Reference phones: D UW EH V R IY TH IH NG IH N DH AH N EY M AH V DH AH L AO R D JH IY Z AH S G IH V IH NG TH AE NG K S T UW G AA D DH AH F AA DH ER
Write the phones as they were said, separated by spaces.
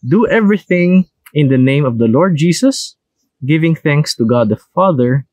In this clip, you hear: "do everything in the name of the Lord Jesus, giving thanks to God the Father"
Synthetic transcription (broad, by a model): D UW EH V R IY TH IH NG IH N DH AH N EY M AH V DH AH L AO R D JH IY S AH S G IH V IH NG TH AE NG K S T UW G AA D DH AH F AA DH ER